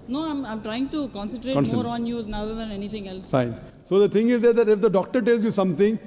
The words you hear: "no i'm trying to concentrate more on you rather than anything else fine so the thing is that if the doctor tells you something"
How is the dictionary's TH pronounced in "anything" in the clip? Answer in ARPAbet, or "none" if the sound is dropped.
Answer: T